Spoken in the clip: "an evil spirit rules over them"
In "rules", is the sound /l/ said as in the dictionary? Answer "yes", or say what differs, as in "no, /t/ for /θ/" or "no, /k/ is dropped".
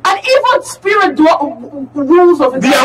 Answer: yes